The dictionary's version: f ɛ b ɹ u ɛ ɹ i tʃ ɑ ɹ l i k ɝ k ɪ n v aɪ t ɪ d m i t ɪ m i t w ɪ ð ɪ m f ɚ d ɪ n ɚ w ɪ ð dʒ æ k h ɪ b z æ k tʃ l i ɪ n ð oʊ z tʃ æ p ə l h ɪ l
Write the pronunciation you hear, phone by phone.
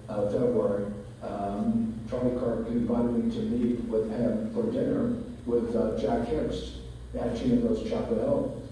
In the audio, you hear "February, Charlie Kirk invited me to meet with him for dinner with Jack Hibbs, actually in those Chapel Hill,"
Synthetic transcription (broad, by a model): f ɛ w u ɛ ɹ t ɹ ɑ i k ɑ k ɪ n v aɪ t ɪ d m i t ɪ m i t w ɪ ð ɪ m f ɚ d ɪ n ɚ w ɪ ð dʒ æ k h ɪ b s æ tʃ i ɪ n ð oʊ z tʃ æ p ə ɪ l